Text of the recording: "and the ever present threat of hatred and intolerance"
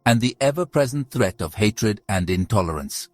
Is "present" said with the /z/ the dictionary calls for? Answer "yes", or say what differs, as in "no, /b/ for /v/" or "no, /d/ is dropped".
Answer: yes